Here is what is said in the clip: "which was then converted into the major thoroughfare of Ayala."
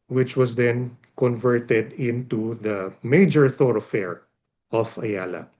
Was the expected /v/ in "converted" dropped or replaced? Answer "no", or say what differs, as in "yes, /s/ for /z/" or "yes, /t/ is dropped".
no